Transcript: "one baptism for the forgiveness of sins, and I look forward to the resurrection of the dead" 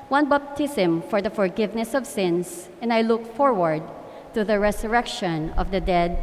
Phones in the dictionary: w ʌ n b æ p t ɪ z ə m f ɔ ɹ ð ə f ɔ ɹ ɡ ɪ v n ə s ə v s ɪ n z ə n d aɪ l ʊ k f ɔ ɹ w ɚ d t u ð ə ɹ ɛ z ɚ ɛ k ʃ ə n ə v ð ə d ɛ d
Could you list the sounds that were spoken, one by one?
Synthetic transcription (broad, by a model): w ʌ n b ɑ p t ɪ s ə m f ɔ ɹ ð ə f ɔ ɹ ɡ ɪ v n ə s ə v s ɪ n s ə n d aɪ l ʊ k f ɔ ɹ w ɚ d t u ð ə ɹ ɛ s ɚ ɛ k ʃ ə n ə v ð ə d ɛ d